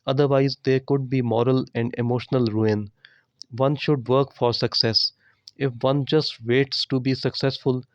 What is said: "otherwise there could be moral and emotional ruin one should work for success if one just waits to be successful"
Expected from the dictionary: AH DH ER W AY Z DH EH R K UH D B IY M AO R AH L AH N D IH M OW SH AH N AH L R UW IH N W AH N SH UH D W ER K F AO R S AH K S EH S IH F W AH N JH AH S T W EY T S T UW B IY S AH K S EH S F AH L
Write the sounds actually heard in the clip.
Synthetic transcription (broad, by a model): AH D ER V AY Z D EH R K UH D B IY M AO R AH L AH N D IH M OW SH AH N AH L R UW IH N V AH N SH UH D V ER K F AO R S AH K S EH S IH F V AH N JH AH S T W EY T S T UW B IY S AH K S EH S F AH L